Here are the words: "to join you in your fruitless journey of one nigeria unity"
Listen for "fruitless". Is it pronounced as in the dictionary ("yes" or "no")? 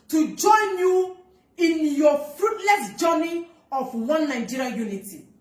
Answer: yes